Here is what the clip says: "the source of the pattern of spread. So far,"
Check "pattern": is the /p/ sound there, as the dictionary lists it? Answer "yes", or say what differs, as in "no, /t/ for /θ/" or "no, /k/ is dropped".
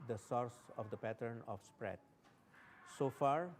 yes